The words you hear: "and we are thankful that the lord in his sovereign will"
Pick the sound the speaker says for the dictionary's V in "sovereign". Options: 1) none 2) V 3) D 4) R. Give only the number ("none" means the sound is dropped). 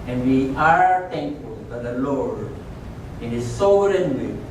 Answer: 1